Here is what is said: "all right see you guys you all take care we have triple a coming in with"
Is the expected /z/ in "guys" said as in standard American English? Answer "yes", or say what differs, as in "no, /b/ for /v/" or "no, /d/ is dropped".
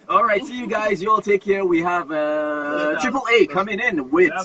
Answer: yes